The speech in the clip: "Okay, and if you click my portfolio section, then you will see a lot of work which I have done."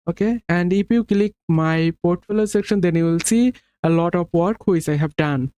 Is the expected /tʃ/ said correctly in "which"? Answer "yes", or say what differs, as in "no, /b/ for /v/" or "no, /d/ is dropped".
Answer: no, /s/ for /tʃ/